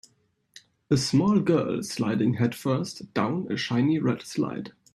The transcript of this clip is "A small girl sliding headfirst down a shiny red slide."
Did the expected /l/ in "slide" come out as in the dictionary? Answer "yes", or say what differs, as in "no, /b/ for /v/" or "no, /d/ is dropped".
yes